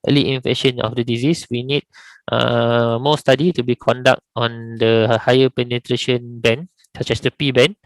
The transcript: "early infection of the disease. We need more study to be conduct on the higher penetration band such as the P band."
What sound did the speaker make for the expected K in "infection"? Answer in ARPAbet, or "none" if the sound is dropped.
none